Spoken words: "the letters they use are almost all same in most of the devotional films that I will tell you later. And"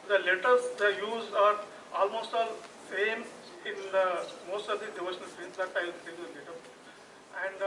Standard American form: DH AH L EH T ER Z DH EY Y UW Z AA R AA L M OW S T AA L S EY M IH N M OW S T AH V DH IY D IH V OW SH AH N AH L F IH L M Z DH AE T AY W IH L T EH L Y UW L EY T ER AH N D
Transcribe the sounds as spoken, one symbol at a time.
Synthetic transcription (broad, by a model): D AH L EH T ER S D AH Y UW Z AA R AA L M OW S T AA L S EY M IH N M OW S T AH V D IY D IH V OW SH AH N AH L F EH M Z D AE T AY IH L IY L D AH L EY T ER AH N D